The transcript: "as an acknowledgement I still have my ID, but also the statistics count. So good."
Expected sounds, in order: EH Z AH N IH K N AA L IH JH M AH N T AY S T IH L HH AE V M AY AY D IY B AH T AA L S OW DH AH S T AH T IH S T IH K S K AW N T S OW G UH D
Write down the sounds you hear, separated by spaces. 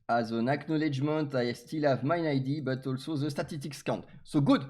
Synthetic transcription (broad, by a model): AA Z AH N IH K N AA L IH JH M AH N T AY S T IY L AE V M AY AY D IY B AH T AA L S OW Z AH S T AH T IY S T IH K S K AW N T S OW G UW D